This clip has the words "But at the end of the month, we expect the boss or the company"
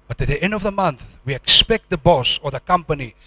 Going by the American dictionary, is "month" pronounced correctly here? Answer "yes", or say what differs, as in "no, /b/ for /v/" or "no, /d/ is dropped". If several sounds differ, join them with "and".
yes